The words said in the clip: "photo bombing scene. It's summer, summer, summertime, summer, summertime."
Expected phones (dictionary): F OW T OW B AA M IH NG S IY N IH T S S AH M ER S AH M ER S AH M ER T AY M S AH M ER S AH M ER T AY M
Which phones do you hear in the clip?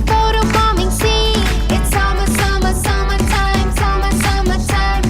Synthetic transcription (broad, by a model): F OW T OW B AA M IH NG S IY IH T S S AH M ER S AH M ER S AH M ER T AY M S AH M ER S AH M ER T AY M